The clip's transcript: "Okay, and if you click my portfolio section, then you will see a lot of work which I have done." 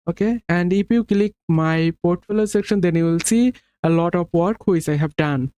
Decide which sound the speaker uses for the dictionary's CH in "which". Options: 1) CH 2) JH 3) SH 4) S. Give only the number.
4